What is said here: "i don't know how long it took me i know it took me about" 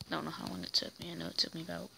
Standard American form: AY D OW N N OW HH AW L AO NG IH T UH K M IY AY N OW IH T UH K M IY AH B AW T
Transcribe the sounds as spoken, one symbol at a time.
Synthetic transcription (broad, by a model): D OW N N OW HH AW W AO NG IH T UH K M IY AY N OW IH T UH K M IY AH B AW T